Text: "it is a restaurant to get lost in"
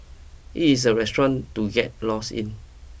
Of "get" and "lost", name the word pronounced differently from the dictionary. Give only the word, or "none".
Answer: lost